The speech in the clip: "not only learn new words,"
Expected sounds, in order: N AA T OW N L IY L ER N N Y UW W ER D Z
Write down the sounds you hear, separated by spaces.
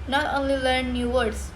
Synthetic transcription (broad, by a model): N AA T OW N L IY L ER N N Y UW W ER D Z